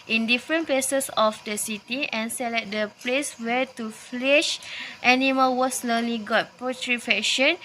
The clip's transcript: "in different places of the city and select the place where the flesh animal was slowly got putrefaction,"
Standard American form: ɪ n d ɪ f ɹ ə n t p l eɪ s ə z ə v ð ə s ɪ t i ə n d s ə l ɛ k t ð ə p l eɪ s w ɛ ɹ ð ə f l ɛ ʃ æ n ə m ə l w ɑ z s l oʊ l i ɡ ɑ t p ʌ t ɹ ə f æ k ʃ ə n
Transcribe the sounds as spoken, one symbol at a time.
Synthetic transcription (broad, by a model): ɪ n d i f ɹ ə n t p l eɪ s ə s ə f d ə s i t i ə n s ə l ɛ t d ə p l eɪ s w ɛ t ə f l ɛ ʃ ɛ n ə m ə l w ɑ s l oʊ l i ɡ ɑ t p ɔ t ɹ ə f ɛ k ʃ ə n